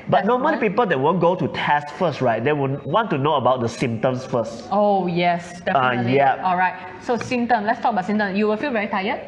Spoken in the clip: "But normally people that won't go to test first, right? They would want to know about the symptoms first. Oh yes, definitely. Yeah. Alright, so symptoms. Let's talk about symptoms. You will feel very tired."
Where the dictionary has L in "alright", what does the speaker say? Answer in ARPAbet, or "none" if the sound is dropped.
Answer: L